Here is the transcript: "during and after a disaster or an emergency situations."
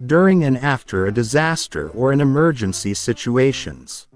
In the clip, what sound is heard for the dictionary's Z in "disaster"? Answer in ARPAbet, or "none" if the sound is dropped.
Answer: Z